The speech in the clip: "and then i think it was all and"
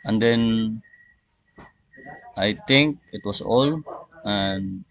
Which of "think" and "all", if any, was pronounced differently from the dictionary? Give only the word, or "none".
think